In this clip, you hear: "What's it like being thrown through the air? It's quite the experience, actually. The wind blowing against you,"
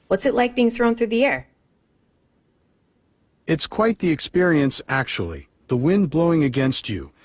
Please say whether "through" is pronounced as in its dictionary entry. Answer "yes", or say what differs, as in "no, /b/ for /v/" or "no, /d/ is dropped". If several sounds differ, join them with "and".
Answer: yes